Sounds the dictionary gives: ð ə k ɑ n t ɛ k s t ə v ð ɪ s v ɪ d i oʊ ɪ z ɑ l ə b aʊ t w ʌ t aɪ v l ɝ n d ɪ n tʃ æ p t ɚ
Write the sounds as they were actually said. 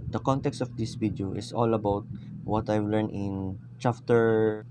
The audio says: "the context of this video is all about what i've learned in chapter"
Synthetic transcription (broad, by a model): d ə k ɑ n t ɛ k s t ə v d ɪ s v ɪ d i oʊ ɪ s ɑ l ə b aʊ t w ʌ t aɪ v l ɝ n ɪ n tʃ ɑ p t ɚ